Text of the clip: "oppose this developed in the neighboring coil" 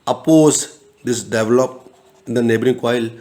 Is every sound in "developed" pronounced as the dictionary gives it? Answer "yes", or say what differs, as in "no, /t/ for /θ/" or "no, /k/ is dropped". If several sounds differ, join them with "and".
no, /t/ is dropped